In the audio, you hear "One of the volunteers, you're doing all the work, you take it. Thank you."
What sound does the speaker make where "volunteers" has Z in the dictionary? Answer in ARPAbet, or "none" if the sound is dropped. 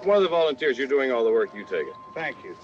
Z